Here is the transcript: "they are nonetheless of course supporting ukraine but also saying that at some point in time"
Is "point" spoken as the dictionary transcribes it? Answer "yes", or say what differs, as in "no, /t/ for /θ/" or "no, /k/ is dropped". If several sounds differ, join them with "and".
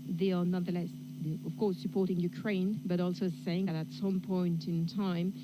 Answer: yes